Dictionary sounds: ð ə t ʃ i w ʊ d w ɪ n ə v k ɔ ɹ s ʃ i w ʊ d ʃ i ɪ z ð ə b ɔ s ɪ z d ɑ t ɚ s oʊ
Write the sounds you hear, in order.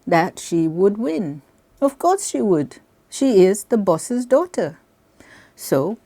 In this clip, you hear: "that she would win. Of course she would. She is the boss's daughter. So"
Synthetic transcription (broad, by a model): ð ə t ʃ i w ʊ d w ɪ n ə v k ɔ ɹ s ʃ i w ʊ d ʃ i ɪ z ð ə b ɔ s ɪ z d ɑ t ɚ s oʊ